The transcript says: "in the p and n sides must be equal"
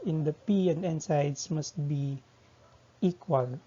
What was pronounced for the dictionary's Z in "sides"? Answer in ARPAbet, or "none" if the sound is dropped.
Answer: S